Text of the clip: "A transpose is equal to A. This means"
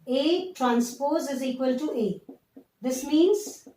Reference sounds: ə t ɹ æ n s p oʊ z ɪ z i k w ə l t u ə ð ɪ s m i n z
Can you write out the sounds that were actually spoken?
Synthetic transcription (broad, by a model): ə t ɹ æ n s p oʊ z ɪ z i k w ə l t u ə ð ɪ s m i n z